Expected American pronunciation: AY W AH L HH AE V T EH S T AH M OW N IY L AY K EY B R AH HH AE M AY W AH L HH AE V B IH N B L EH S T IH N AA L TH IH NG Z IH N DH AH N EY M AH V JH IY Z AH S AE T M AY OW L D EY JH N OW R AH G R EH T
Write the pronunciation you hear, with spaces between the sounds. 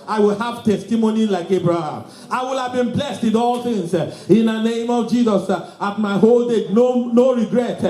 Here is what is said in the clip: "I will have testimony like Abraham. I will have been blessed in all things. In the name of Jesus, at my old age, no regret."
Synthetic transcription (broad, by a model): AY W AH L HH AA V T EH S T AH M OW N IY L AY K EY B R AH HH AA M AY W AH L HH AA V B IH N B L EH S T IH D AA L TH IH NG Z IH N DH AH N EY M AH V JH IY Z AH S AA T M AY OW L D EY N N OW R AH G R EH T